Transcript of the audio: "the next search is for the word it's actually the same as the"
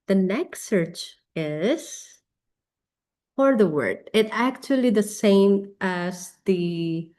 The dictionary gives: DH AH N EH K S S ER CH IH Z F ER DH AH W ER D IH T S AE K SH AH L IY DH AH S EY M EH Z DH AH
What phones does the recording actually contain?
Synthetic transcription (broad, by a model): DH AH N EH K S S ER CH IH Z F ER DH AH W ER D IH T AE K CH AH L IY DH AH S EY M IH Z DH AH